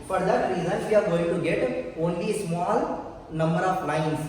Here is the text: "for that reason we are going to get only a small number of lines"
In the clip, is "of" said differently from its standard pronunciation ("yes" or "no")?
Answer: yes